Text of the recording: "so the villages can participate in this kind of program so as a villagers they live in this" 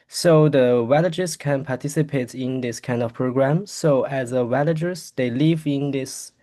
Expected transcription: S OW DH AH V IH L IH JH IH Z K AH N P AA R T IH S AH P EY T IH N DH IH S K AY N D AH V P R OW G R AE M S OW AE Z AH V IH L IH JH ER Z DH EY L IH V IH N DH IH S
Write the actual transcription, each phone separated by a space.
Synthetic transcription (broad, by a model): S OW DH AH W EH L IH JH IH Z K AH N P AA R T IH S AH P EY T IH N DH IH S K AY N D AH V P R OW G R AE M S OW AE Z AH W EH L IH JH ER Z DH EY L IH V IH N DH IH S